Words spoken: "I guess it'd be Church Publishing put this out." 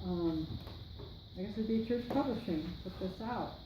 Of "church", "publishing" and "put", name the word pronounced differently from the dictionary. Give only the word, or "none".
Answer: put